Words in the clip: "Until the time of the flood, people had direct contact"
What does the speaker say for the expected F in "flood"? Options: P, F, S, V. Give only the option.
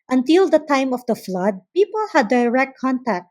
F